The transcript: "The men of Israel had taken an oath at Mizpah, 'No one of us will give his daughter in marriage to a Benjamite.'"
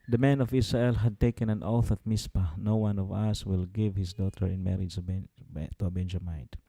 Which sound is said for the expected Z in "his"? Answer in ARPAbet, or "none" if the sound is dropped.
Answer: S